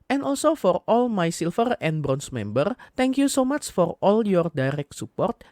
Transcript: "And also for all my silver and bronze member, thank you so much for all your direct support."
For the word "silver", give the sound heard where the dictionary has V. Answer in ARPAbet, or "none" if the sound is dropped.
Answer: F